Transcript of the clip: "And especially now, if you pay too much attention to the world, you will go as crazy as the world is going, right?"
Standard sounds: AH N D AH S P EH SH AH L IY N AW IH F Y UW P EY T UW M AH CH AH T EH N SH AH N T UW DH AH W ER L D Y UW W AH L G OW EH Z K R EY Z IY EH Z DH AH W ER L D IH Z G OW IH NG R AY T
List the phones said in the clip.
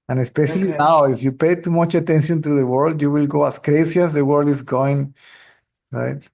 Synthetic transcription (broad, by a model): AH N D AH S P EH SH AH L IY N AW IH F Y UW P EY T UW M AH CH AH T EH N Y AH N T UW DH AH W ER L D Y UW W AH L G OW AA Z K R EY S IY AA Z DH AH W ER L D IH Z G OW IH NG R AY T